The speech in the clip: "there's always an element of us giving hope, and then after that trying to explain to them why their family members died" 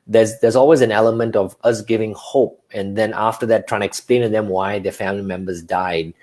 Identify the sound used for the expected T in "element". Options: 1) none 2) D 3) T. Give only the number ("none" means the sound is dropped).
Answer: 3